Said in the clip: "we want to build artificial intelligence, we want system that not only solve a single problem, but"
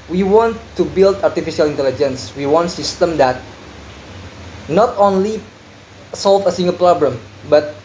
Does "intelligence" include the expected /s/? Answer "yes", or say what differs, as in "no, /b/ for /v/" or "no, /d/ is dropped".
yes